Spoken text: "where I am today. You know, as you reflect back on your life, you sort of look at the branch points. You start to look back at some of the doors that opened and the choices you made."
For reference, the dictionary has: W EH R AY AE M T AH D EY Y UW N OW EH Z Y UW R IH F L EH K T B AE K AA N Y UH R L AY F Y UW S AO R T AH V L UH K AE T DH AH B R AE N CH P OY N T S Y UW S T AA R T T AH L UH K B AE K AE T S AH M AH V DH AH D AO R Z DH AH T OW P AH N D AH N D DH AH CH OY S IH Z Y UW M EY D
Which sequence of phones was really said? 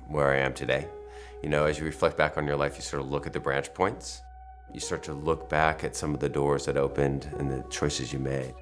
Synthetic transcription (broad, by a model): W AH R AY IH M T AH D EY Y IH N OW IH Z Y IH R IH F L EH K T B AE K N Y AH R L AY F Y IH S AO R T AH L UH K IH T DH AH B R AE N CH P OY N T S Y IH S T AA R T T AH L UH K B AE K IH T S AH M AH V DH AH D AO R Z DH AH T OW P AH N D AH N DH AH CH OY S IH Z Y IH M EY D